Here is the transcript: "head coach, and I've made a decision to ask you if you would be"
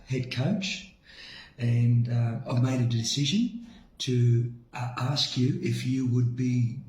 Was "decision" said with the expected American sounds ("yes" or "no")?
yes